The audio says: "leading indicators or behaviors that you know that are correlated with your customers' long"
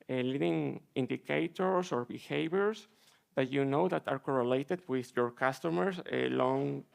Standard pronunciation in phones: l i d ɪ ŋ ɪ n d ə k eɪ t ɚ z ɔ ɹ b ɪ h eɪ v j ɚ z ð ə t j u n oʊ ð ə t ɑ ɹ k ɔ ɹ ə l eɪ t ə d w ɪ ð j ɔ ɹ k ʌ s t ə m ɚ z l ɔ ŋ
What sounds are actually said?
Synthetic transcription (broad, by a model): l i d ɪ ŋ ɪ n d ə k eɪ t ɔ s ɔ ɹ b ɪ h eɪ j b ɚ s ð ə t j u n oʊ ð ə t ɑ ɹ k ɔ ɹ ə l eɪ t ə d w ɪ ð j ɔ ɹ k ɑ s t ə m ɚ s l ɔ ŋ